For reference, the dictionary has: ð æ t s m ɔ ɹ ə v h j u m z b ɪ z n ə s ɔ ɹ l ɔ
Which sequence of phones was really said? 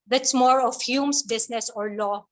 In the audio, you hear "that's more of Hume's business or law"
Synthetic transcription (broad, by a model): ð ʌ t s m ɔ ɹ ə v h j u m s b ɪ s n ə s ɔ ɹ l ɔ